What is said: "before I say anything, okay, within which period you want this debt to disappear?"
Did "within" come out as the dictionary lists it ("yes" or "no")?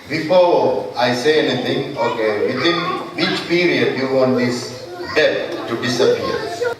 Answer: no